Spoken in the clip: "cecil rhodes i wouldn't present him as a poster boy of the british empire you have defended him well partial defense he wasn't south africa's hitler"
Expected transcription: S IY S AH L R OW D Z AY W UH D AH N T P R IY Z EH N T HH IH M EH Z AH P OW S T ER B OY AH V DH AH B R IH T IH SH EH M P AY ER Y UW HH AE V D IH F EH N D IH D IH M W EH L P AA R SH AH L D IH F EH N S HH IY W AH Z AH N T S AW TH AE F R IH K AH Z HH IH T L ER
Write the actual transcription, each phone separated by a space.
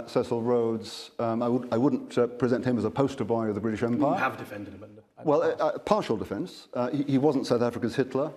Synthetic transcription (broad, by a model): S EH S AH L R OW D Z AY W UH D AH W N P R IY Z EH N T HH IH M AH Z AH P OW S T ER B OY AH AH DH AH B R IH T IH SH EH M P AY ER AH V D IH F EH N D D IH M W EH L P AA R SH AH L D IH F EH N S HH IY W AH Z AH N T S AW TH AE F R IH K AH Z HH IH T L ER